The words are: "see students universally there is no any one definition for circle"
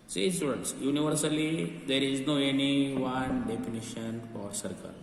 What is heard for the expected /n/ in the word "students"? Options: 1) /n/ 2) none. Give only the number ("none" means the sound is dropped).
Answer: 2